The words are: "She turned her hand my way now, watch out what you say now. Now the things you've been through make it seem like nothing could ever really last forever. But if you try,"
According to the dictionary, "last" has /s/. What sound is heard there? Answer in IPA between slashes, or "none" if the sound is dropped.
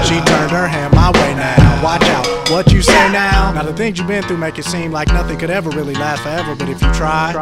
none